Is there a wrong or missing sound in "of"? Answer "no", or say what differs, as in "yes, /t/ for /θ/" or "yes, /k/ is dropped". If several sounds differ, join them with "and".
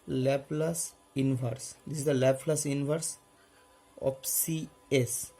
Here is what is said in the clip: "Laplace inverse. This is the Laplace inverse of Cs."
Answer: yes, /p/ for /v/